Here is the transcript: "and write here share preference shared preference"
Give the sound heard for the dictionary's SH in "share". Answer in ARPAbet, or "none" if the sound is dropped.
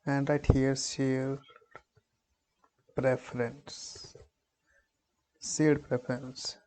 S